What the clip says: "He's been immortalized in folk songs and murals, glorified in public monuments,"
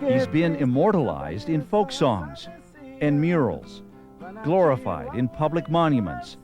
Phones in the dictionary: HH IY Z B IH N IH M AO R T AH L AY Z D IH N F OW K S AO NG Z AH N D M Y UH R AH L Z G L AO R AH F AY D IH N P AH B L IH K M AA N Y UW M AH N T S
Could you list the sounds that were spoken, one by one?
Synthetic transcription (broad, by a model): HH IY Z B IH N IH M AO R T AH L AY Z D IH N F OW K S AO NG Z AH N M Y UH R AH L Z G L AO R AH F AY D IH N P AH B L IH K M AA N Y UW M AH N T S